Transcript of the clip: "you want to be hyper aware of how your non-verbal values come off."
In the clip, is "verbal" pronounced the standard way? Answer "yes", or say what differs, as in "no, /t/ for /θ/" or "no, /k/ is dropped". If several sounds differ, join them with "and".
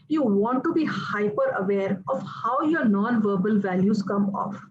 yes